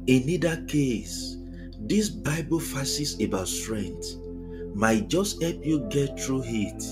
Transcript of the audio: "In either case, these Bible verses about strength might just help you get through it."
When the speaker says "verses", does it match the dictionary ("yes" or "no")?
no